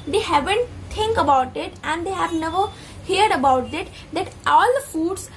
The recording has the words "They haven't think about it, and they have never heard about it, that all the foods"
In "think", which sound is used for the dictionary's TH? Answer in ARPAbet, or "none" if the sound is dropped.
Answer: T